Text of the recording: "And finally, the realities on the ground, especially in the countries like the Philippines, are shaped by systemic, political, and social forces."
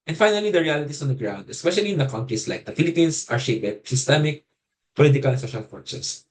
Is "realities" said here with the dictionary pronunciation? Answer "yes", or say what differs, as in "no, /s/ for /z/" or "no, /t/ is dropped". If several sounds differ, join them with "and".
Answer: no, /s/ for /z/